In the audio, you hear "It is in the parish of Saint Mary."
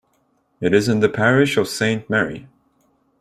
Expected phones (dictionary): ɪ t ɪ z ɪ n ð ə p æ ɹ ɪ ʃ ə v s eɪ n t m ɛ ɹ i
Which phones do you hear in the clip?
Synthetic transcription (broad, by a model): ɪ t ɪ z ɪ n ð ə p æ ɹ ɪ ʃ ə v s eɪ n t m ɛ ɹ i